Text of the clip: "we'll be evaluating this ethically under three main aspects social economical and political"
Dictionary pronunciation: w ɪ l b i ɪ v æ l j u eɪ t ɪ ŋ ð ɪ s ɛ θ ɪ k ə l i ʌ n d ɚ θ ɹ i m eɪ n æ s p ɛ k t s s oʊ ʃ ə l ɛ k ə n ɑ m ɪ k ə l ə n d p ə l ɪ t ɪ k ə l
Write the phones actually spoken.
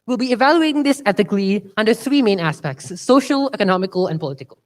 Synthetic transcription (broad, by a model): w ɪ l b i ɪ v æ l j u eɪ t ɪ ŋ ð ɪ s ɛ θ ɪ k l i ʌ n d ɚ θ ɹ i m eɪ n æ s p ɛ k t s s oʊ ʃ ə l ɛ k ə n ɑ m ɪ k ə l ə n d p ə l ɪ t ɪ k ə l